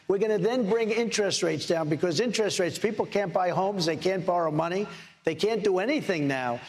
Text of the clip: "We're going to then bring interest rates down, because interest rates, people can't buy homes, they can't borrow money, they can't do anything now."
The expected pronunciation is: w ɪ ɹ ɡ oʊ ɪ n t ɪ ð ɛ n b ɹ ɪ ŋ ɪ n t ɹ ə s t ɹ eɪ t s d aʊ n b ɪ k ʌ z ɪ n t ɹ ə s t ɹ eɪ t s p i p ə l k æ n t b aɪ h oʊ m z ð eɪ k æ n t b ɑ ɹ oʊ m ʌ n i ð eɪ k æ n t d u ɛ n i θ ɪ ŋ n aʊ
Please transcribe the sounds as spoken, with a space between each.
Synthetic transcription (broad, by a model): w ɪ ɹ ɡ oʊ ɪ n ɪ ð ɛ n b ɹ ɪ ŋ ɪ n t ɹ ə s t ɹ eɪ t s d aʊ n b ɪ k ʌ z ɪ n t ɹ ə s t ɹ eɪ t s p i p l k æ n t b aɪ h oʊ m z ð eɪ k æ n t b ɑ ɹ oʊ m ʌ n i ð eɪ k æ n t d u ɛ n i θ ɪ ŋ n aʊ